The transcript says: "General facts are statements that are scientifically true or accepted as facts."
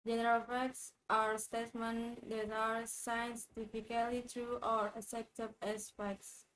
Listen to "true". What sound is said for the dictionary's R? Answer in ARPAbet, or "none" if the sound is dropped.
R